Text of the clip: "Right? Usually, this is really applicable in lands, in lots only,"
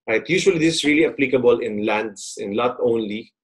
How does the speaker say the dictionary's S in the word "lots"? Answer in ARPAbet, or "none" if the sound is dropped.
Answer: none